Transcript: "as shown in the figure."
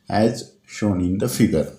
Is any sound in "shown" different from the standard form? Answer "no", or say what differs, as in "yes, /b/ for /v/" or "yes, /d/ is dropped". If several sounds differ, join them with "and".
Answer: no